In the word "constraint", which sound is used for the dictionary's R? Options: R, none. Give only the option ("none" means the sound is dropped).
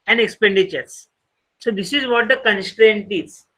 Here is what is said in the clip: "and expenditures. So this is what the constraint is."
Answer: R